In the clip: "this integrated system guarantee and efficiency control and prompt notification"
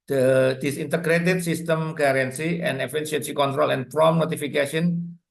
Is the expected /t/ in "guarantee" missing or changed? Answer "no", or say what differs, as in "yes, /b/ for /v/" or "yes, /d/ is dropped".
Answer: yes, /s/ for /t/